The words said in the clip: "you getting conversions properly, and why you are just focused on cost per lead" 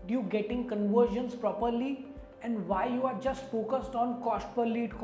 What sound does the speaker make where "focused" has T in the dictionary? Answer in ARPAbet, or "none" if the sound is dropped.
T